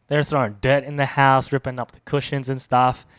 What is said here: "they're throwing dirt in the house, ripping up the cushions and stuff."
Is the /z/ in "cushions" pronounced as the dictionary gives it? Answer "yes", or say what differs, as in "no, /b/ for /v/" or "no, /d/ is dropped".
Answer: yes